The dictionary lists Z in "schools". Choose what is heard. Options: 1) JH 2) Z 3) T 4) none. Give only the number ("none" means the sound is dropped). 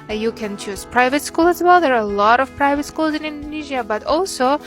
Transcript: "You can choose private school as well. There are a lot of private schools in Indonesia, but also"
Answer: 2